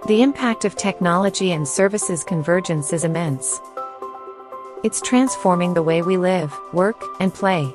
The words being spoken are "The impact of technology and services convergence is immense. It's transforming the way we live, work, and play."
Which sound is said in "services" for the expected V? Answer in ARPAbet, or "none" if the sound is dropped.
V